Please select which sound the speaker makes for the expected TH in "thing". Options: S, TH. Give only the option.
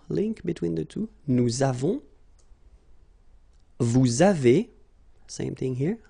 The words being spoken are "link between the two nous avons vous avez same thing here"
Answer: TH